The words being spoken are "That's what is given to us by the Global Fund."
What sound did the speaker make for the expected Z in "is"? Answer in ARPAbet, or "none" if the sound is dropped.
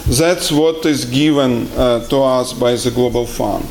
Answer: Z